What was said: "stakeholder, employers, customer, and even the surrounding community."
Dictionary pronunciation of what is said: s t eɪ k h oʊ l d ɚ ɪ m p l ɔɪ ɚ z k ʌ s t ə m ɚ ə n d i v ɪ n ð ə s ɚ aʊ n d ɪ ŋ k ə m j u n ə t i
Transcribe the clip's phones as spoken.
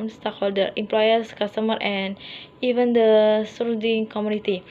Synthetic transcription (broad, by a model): s t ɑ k h oʊ l d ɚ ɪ m p l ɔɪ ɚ s k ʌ s t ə m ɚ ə n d i v ɪ n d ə s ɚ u d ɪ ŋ k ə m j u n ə t i